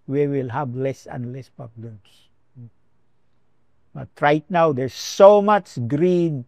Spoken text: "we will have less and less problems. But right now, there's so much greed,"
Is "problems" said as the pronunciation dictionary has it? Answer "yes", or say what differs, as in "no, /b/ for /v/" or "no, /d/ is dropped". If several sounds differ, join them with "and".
no, /ɹ/ is dropped